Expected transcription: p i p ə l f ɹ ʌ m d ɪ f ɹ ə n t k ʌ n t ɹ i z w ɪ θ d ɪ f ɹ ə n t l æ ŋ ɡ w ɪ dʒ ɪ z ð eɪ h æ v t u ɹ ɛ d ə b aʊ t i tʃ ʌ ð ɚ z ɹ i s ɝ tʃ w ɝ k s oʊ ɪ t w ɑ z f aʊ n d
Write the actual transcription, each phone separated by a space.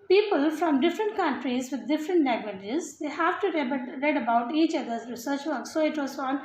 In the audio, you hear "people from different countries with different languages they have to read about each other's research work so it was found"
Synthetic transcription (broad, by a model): p i p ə l f ɹ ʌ m d ɪ f ɹ ə n t k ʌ n t ɹ i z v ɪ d d ɪ f ɹ ə n t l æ ɡ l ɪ dʒ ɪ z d eɪ h æ v t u ɹ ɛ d ə b aʊ t i tʃ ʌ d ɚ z ɹ i s ɝ tʃ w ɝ k s oʊ ɪ t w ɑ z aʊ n